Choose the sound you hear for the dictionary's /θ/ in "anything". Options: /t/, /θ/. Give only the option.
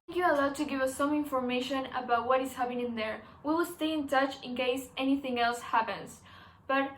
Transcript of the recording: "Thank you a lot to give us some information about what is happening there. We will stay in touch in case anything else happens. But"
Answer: /θ/